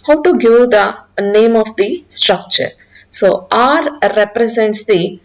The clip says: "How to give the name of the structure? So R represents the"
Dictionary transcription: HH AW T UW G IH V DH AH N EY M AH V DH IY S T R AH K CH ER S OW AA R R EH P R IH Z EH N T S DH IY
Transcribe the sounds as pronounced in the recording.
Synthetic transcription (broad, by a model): HH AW T UW G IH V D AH N EY M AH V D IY S T R AH K CH ER S OW AA R R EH P R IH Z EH N T S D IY